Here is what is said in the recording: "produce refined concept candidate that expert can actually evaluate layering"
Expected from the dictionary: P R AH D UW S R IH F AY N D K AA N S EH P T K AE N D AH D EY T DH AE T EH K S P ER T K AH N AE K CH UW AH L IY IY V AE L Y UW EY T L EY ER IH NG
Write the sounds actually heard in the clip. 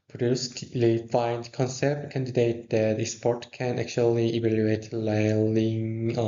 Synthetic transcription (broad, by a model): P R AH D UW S L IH F AY N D K AA N S EH P T K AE N D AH D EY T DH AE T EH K S P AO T K AH N AE K CH UW AH L IY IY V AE L Y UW EY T L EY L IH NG